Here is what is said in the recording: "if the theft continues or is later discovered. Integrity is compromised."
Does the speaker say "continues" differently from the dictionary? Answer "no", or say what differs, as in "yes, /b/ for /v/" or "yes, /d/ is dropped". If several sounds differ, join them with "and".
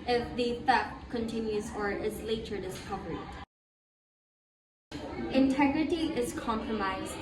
no